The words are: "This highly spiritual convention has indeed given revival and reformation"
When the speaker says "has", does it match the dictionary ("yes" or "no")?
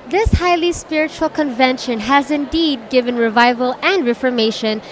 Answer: yes